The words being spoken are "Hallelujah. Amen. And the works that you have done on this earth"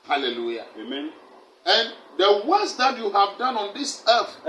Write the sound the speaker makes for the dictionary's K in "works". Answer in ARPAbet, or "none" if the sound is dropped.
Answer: none